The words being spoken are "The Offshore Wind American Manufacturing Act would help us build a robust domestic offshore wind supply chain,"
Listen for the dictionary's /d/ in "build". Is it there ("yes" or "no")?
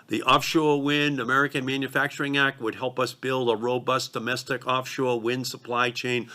yes